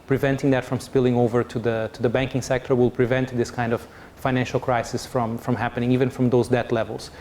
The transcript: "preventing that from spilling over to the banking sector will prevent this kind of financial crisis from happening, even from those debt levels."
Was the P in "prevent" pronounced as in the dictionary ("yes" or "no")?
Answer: yes